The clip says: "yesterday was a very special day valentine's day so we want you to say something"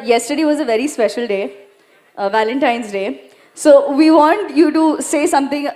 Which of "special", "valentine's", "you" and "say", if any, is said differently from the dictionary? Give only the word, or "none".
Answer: none